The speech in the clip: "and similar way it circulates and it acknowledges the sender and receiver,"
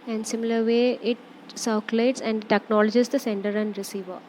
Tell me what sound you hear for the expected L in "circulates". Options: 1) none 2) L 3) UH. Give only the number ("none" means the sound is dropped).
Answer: 1